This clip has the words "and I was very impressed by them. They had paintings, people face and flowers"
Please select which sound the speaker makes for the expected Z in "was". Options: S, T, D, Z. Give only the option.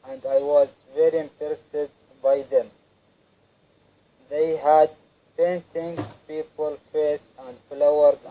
Z